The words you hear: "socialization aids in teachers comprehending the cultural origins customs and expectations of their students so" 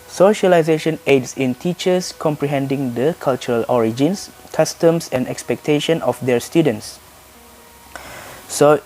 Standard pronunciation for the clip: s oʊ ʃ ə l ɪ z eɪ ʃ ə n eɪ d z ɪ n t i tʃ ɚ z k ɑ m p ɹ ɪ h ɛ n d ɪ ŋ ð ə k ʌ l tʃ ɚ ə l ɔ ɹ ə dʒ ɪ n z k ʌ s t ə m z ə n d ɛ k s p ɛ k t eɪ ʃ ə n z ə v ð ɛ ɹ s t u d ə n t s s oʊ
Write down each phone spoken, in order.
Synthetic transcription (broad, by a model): s oʊ ʃ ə l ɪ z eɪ ʃ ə n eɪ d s ɪ n t i tʃ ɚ s k ɑ m p ɹ ɪ h ɛ n d ɪ ŋ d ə k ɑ l tʃ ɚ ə l ɔ ɹ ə dʒ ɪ n s k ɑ s t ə m s ə n d ɛ k s p ɛ k t eɪ ʃ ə n ə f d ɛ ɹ s t u d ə n t s s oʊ